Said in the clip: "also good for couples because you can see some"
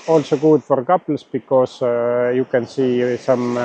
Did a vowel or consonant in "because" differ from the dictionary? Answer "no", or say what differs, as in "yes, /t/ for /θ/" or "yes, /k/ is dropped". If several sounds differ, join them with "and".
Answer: yes, /s/ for /z/